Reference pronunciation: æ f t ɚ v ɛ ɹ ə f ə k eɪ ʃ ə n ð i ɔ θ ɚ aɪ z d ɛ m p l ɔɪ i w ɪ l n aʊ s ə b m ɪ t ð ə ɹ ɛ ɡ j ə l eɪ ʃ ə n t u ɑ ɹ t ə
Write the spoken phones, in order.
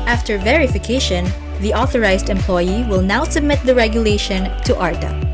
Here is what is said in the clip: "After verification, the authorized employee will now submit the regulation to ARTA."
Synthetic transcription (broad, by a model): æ f t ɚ v ɛ ɹ ə f ə k eɪ ʃ ə n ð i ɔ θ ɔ aɪ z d ɛ m p l ɔɪ i w ɪ l n aʊ s ə b m ɪ t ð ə ɹ ɛ ɡ j ə l eɪ ʃ ə n t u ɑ ɹ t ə